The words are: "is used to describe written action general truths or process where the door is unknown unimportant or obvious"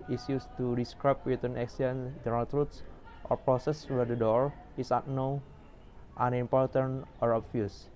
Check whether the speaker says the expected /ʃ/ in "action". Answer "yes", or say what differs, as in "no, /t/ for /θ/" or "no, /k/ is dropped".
no, /s/ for /ʃ/